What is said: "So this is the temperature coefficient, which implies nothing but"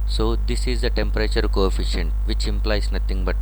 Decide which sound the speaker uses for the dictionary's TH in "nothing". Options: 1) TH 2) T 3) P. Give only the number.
2